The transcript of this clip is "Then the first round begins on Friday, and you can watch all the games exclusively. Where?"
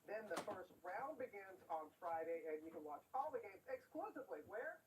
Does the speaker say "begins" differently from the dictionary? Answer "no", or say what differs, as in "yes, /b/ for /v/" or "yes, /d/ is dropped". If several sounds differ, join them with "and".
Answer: no